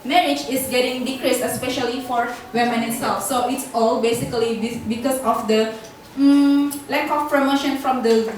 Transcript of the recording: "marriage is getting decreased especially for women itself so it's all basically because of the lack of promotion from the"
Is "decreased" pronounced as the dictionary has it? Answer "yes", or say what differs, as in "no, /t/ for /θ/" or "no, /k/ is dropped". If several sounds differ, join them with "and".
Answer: yes